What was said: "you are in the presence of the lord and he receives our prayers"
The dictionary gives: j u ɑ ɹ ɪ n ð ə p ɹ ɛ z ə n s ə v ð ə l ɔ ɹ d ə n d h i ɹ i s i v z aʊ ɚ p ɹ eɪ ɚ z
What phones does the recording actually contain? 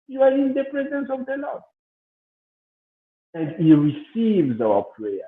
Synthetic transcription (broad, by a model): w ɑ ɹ ɪ n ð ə p ɹ ɛ z ə n s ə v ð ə l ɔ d ə n d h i ɹ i s i v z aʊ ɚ p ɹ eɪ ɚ